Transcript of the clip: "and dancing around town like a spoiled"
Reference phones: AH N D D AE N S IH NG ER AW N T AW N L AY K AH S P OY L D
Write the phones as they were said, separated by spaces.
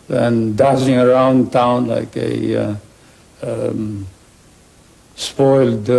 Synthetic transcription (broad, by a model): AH N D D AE S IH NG ER AW N T AW N L AY K AH S P OY L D